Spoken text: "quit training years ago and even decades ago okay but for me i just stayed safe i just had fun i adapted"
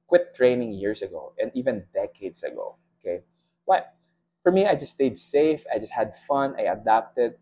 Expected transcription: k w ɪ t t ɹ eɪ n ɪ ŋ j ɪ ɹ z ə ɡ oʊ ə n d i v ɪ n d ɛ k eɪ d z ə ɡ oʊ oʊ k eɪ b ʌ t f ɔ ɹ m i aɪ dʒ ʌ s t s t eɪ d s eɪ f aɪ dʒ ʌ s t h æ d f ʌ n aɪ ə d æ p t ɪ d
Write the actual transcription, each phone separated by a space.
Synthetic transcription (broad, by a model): k w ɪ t t ɹ eɪ n ɪ ŋ j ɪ ɹ s ə ɡ oʊ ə n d i v ɪ n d ɛ k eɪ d s ə ɡ oʊ oʊ k eɪ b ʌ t f ɔ ɹ m i aɪ dʒ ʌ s s t eɪ d s eɪ f aɪ dʒ ʌ s t h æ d f ʌ n aɪ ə d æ p t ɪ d